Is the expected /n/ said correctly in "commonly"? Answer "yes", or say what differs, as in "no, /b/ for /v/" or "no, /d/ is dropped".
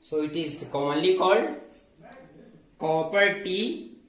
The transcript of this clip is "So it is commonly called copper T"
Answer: no, /n/ is dropped